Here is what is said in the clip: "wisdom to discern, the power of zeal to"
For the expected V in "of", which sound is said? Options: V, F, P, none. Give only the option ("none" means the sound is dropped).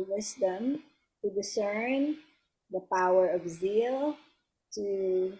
V